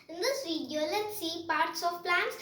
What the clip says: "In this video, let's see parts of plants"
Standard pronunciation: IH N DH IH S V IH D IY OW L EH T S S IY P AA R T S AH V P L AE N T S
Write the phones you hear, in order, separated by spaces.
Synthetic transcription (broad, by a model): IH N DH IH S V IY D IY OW L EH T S S IY P AA R T S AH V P L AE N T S